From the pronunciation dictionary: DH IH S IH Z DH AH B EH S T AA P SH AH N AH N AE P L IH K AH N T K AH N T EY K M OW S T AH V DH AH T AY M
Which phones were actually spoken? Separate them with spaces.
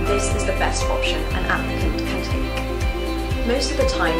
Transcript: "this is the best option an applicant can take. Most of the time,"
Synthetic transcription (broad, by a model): DH IH S IH Z DH AH B EH S T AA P SH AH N AH N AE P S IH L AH T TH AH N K M OW S T AH V DH AH T AY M